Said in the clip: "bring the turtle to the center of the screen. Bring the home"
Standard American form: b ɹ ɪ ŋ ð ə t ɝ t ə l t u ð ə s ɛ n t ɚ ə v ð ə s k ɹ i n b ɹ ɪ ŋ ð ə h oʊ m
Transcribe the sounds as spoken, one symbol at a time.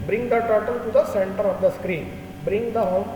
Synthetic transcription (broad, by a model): b ɹ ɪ ŋ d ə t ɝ t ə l t u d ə s ɛ n t ɚ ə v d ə s k ɹ i n b ɹ ɪ ŋ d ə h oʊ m